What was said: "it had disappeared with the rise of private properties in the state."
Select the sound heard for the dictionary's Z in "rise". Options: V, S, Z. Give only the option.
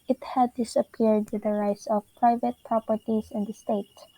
S